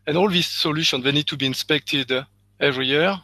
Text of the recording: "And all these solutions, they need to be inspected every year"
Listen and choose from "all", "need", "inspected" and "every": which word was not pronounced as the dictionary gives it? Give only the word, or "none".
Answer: none